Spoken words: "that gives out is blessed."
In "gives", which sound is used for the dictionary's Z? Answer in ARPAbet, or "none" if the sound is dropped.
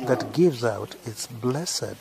Z